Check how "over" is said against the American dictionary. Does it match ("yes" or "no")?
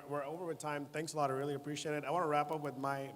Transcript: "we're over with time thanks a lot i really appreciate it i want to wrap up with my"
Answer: yes